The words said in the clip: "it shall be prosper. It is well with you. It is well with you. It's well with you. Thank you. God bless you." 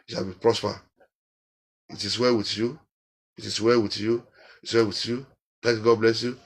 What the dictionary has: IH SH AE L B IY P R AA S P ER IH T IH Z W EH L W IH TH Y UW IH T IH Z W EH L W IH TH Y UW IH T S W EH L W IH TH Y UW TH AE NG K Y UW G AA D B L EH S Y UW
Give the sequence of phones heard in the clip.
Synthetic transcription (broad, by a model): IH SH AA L B IY P R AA S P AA IH T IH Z W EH W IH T Y UW IH T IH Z W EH W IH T Y UW IH T S W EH W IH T Y UW T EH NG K G AA D B L EH S Y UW